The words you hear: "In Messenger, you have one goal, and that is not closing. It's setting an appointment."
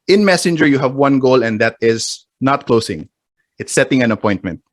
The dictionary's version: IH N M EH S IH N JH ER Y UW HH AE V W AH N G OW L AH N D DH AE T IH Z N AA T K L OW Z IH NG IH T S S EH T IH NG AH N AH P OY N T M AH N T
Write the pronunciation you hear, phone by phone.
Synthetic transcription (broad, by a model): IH N M EH S IH N JH ER Y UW HH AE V W AH N G OW L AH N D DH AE T IH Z N AA T K L OW S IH NG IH T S S EH T IH NG AH N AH P OY N T M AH N T